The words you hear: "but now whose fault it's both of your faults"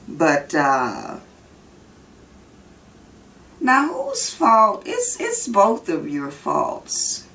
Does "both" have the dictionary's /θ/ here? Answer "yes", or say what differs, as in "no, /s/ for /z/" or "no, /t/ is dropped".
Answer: yes